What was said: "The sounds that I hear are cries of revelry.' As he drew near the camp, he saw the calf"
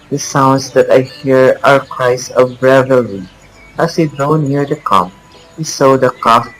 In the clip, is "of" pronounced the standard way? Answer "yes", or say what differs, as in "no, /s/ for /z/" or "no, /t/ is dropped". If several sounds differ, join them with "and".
no, /b/ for /v/